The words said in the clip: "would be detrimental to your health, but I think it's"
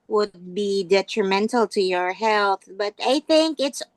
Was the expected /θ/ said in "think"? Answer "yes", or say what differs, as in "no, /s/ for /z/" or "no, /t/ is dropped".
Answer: yes